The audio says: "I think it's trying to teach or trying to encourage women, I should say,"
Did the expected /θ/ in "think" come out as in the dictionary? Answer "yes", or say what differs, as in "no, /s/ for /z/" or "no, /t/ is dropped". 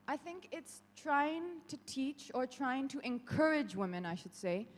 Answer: yes